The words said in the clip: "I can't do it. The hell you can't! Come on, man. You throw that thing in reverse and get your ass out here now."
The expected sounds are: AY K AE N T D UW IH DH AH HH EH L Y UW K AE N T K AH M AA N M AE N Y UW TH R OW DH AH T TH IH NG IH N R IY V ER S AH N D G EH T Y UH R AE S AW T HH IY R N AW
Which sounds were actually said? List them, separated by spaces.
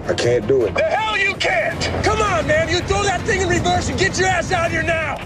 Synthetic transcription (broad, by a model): AY K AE N D UW IH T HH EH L Y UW K AE N T K AH M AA N M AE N Y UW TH OW DH AH T TH IH NG IH N R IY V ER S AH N G EH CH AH R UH S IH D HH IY R N AW